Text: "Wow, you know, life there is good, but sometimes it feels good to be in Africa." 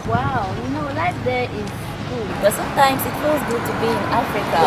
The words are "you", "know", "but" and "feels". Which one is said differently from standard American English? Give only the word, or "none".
feels